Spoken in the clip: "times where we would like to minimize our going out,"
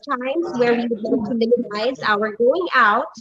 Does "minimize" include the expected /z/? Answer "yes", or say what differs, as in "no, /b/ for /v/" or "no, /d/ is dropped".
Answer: yes